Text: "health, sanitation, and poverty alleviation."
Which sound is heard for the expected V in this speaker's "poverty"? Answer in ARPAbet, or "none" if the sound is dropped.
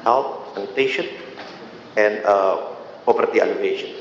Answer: P